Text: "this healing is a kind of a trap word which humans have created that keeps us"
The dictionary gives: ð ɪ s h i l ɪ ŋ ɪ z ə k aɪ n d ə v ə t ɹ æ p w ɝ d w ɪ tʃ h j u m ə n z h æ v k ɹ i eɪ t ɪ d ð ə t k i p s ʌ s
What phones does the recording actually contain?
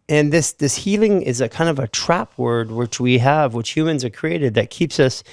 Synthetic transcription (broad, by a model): ð ɪ s h i l ɪ ŋ ɪ z ə k aɪ n d ə v ə t ɹ æ p w ɝ d w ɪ tʃ h j u m ə n z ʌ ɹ k ɹ i eɪ t ɪ d ð ə t k i p s ʌ s